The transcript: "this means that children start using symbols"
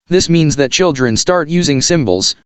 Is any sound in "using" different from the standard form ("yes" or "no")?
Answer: no